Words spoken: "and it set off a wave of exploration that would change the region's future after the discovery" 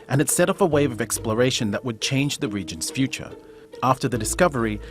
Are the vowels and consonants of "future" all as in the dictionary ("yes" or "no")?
yes